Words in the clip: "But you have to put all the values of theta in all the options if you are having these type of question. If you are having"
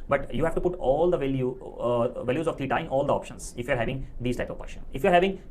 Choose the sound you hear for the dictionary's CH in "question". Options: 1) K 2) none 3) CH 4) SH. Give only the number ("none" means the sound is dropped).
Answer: 4